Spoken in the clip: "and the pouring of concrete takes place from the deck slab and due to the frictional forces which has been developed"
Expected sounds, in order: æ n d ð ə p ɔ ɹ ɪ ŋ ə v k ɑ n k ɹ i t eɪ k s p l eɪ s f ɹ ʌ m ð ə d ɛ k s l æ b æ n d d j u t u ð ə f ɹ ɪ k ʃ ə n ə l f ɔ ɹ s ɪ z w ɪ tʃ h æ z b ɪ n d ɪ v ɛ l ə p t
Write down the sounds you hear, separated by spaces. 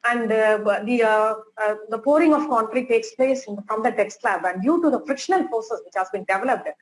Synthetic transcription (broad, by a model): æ n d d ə p ɔ ɹ ɪ ŋ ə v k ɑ n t ɹ i t eɪ k s p l eɪ s f ɹ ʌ m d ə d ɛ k s l æ b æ n d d j u t u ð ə f ɹ ɪ k ʃ ə n ə l p ɔ s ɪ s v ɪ tʃ h æ z b ɪ n d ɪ v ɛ l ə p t